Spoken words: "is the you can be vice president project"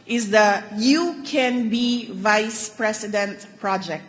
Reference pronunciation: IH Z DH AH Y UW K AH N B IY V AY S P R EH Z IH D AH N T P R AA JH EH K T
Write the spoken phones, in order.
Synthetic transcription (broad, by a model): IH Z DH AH Y UW K AH N B IY V AY S P R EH S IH D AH N T P R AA JH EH K T